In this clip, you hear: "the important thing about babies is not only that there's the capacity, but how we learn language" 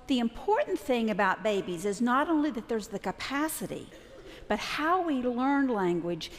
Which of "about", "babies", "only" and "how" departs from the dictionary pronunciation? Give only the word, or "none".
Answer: none